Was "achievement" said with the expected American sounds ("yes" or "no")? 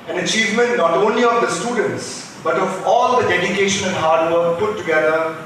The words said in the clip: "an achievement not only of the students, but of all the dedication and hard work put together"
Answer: yes